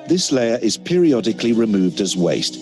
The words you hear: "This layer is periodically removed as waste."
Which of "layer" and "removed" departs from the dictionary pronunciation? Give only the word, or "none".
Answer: none